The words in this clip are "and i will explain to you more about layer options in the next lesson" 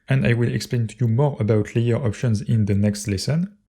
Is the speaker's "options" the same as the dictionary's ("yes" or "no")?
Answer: yes